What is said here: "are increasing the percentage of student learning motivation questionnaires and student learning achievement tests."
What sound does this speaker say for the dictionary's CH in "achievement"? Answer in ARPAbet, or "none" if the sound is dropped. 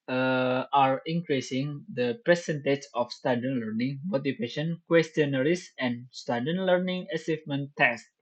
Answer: S